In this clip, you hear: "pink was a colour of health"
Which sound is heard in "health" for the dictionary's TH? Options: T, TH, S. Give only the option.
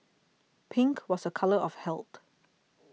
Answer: T